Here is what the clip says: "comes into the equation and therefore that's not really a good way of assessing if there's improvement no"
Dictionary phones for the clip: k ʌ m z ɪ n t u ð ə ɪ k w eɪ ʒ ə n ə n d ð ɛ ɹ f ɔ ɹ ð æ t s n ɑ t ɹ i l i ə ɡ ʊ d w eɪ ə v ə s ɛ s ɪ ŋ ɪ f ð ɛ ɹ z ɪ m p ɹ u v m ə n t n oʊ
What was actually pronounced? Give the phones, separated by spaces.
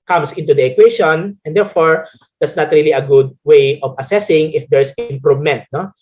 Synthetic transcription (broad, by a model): k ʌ m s ɪ n t u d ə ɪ k w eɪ ʃ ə n ə n d ɛ ɹ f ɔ ɹ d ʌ t s n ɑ t ɹ i l i ə ɡ ʊ d w eɪ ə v ə s ɛ s ɪ ŋ ɪ f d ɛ ɹ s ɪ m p ɹ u m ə n t n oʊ